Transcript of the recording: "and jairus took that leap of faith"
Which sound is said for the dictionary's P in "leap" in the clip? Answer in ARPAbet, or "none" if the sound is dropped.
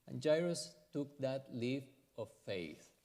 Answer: F